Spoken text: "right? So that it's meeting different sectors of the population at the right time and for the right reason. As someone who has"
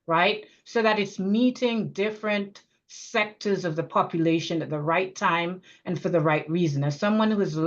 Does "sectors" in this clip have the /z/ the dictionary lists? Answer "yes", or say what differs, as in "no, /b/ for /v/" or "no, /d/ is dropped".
yes